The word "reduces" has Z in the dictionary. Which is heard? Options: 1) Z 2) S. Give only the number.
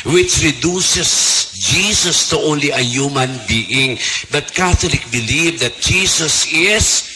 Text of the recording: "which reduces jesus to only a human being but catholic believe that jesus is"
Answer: 2